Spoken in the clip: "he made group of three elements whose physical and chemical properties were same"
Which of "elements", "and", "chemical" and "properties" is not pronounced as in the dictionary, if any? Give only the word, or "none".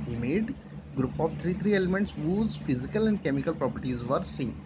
none